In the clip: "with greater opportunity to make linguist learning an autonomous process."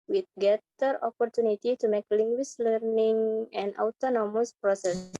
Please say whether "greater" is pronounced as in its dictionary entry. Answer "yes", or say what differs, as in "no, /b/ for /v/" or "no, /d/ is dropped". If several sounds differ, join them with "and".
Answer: no, /ɹ/ is dropped